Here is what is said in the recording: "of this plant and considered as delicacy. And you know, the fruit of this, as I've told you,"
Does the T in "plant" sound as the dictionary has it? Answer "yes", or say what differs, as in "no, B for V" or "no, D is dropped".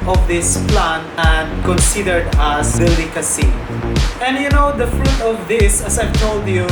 no, T is dropped